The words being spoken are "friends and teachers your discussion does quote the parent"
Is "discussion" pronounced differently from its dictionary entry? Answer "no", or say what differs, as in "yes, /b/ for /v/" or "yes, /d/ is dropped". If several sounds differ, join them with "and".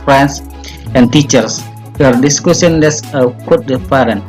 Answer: yes, /s/ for /ʃ/